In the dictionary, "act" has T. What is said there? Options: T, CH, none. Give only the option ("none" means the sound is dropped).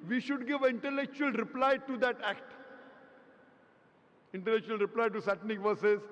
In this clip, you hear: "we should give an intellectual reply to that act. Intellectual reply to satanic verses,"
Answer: T